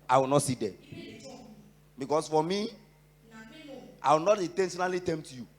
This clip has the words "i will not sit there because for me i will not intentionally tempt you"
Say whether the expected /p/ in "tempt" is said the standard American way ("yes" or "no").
no